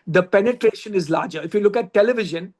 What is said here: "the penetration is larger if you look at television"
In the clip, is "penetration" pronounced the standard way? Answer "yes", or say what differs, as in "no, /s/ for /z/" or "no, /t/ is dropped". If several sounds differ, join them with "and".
yes